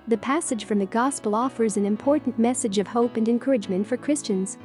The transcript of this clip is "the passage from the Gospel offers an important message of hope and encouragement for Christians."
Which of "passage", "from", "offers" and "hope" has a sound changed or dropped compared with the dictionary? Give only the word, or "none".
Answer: none